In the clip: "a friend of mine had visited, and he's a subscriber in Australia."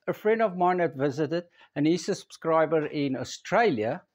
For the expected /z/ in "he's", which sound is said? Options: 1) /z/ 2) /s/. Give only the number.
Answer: 2